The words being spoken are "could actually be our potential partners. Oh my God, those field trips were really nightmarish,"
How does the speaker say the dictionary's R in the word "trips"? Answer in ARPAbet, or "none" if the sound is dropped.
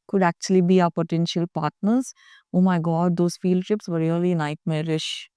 none